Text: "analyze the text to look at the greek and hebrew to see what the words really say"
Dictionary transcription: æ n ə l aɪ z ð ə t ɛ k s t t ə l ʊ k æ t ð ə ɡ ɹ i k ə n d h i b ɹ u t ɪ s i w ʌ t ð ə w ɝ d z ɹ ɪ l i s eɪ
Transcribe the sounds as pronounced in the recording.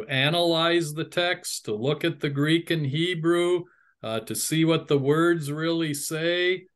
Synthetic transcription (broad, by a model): æ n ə l aɪ z ð ə t ɛ k s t t ə l ʊ k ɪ t ð ə ɡ ɹ i k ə n h i b ɹ u t ɪ s i w ʌ t ð ə w ɝ d z ɹ ɪ l i s eɪ